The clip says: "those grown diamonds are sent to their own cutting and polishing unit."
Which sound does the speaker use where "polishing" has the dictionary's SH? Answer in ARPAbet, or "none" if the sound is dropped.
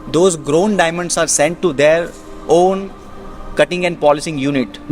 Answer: S